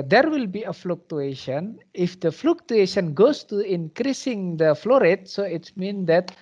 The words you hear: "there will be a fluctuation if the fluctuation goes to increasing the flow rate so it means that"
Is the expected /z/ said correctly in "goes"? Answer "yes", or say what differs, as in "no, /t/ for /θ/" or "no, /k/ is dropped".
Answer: no, /s/ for /z/